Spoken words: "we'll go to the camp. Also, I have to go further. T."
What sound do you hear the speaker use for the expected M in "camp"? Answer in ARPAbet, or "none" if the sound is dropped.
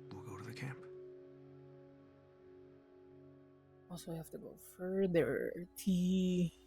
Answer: M